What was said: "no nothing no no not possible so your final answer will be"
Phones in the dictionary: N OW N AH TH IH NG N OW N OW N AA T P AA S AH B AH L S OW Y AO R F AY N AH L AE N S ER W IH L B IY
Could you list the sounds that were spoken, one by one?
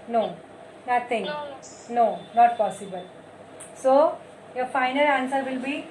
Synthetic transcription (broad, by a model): N OW N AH T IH NG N N OW N AA T P AA S AH B AH L S OW Y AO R F AY N AH L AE N S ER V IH L B IY